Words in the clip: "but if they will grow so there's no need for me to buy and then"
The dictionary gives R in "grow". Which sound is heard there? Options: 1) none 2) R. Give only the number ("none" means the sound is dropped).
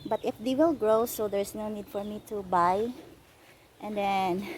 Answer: 2